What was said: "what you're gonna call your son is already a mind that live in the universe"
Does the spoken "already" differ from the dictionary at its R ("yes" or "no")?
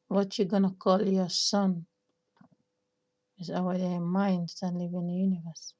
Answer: yes